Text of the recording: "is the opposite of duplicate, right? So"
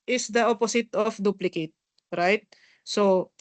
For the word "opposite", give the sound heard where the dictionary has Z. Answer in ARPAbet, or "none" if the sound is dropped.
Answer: S